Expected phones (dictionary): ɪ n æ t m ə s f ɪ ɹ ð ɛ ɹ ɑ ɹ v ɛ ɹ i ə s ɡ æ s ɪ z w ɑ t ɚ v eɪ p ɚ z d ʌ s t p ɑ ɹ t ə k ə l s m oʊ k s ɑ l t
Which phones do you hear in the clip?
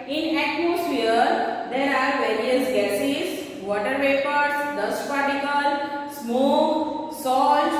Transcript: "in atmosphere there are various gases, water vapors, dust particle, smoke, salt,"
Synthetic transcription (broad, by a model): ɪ n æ t m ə s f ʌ ɹ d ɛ ɹ ɑ ɹ v ɛ ɹ i ə s ɡ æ s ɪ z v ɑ t ɚ p eɪ p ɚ s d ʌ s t p ɑ ɹ t ə k ə l s m oʊ k s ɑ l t